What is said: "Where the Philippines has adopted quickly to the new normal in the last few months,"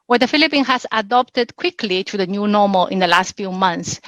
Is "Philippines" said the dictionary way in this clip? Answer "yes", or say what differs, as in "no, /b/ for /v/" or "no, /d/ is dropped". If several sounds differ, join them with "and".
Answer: no, /z/ is dropped